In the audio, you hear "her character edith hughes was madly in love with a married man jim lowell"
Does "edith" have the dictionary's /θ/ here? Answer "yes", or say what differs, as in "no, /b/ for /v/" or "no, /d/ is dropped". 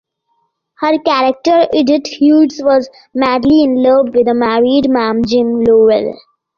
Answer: no, /t/ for /θ/